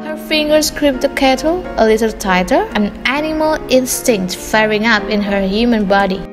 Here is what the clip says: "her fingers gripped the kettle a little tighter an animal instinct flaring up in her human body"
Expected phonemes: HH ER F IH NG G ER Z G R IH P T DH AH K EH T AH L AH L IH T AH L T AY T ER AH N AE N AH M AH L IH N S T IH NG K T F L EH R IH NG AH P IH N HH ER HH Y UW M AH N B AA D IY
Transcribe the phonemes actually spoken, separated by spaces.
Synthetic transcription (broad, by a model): HH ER F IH NG G ER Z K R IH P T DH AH K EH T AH L AH L IH T AH L T AY T ER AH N AE N AH M AH L IH N S T IH NG K T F EH R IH NG AH P IH N HH ER HH Y UW M AH N B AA D IY